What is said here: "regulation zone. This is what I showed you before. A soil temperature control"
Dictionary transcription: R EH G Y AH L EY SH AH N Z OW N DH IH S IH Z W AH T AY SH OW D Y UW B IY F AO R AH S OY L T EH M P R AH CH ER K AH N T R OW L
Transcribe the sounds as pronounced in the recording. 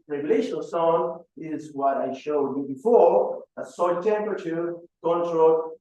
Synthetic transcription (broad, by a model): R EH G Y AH L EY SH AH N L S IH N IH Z W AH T AY SH OW D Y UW B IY F AO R AH S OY N T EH M P R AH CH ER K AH N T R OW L